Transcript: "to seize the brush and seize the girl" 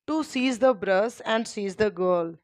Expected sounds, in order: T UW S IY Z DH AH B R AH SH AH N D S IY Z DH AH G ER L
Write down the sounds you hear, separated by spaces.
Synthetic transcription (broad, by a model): T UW S IY Z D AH B R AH S AH N D S IY Z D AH G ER L